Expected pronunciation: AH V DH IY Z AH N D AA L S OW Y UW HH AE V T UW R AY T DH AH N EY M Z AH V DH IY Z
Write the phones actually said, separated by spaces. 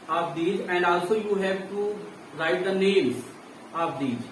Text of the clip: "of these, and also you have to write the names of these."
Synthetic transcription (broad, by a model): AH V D IY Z AH N D AA L S OW Y UW HH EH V T UW R AY T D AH N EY M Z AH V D IY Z